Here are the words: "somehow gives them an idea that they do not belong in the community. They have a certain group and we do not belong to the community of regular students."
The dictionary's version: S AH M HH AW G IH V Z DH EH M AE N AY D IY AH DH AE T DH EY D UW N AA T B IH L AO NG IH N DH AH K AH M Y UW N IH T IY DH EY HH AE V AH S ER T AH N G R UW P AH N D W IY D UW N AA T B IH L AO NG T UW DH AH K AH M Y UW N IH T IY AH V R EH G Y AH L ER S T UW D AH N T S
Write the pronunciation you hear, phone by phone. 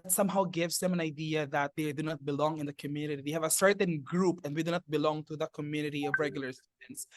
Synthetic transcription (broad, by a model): S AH M HH AW G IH V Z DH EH M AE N AY D IY AH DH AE T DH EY D UW N AA T B IH L AO NG IH N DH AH K AH M Y UW N IH T IY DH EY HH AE V AH S ER T AH N G R UW P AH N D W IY D UW N AA T B IH L AO NG T UW DH AH K AH M Y UW N IH T IY AH V R EH G Y AH L ER S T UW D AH N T S